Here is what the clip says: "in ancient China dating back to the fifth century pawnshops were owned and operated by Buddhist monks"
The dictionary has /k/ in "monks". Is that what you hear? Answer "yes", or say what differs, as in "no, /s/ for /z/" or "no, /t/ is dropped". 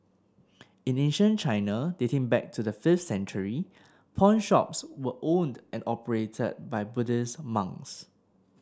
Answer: no, /k/ is dropped